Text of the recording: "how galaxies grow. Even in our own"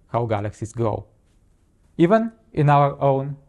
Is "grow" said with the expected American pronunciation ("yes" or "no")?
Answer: no